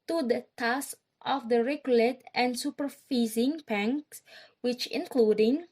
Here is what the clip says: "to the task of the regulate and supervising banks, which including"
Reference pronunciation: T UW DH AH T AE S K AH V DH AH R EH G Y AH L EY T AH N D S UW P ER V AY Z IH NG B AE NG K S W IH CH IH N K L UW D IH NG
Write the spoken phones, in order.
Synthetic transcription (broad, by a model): T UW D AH T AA S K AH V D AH R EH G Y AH L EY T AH N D S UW P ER F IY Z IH NG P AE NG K S W IH CH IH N K L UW D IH NG